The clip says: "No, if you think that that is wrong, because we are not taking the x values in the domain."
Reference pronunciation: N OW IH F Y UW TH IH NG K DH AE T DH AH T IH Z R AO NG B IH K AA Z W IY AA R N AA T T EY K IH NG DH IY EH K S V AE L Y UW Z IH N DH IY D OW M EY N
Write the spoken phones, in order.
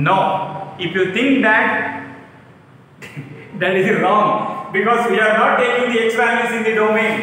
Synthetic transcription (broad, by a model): N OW IH F Y UW T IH NG K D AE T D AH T IH Z R AO NG B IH K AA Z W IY AA R N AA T T EY K IH NG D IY EH K S P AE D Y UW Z IH N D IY D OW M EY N